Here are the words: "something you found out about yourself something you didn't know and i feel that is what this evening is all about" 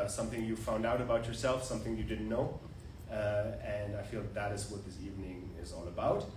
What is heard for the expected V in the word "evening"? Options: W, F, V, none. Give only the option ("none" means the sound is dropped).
V